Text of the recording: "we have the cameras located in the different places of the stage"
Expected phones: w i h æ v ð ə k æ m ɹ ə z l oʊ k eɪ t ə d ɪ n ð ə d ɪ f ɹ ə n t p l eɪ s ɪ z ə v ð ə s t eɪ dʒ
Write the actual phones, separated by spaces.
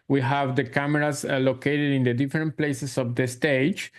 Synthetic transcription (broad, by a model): w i h æ v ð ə k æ m ɹ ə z l oʊ k eɪ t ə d ɪ n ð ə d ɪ f ɹ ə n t p l eɪ s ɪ s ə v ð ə s t eɪ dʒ